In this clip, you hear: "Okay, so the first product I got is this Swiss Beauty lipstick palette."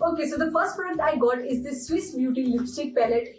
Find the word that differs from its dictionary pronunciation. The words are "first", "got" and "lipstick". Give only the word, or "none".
lipstick